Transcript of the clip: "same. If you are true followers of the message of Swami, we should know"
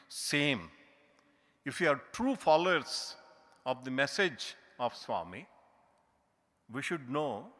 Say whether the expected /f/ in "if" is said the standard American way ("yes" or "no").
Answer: yes